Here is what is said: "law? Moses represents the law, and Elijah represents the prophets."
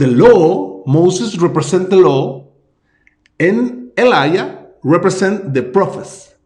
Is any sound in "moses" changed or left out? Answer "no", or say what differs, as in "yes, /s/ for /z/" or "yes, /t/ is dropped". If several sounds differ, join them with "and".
yes, /s/ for /z/